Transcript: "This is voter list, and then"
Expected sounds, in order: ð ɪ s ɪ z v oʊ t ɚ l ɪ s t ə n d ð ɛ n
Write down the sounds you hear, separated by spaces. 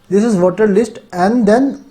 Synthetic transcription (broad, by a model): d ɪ s ɪ z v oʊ t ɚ l ɪ s t ə n d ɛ n